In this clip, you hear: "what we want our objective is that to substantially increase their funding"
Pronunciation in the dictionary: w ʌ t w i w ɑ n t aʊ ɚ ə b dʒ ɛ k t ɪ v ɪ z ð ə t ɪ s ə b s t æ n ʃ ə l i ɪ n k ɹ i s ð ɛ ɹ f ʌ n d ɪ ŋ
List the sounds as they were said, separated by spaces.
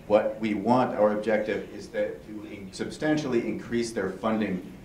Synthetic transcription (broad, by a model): w ʌ t w i w ɑ n t aʊ ɚ ə b dʒ ɛ k t ɪ v ɪ z ð ə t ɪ s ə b s t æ n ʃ l i ɪ n k ɹ i s ð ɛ ɹ f ʌ n d ɪ ŋ